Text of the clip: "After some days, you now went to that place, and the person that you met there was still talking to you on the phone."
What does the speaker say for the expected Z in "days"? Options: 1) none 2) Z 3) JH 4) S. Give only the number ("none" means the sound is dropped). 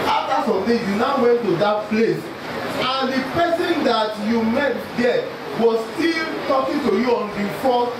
1